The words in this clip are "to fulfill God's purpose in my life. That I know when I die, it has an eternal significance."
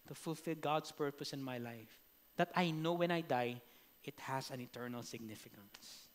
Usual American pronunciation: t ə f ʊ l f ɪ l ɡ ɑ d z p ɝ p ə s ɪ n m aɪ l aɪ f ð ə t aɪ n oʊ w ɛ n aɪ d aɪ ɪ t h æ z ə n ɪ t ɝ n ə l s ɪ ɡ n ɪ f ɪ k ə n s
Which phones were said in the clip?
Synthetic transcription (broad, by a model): t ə f ʊ l f ɪ l ɡ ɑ d s p ɝ p ə s ɪ n m aɪ l aɪ f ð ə t aɪ n oʊ w ɛ n aɪ d aɪ ɪ t h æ s ə n ɪ t ɝ n ə l s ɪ ɡ n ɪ f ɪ k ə n s